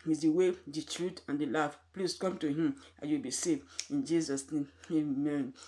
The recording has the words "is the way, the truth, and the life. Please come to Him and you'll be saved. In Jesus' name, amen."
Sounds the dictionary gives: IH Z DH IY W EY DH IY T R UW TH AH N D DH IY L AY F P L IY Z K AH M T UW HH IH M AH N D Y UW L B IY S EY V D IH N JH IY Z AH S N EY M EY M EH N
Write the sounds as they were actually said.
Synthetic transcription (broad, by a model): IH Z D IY W EY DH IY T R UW T AH N D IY L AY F P L IY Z K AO M T UW HH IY M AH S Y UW W B IY S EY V IH N JH IY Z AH S N EY M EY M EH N